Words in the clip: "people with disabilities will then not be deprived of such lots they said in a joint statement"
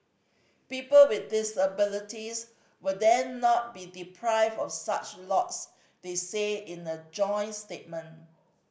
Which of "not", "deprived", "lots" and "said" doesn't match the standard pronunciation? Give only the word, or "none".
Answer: said